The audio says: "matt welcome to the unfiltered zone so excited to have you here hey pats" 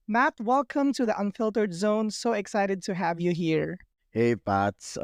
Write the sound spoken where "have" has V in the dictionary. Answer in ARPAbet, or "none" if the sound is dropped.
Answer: V